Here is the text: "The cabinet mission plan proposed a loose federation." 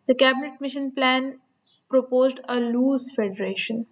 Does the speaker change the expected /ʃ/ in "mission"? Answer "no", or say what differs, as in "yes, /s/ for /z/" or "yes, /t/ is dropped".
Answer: no